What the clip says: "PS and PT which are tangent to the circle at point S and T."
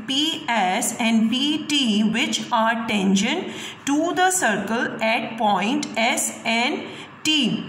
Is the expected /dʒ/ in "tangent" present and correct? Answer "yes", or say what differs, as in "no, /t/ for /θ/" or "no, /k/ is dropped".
no, /ʃ/ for /dʒ/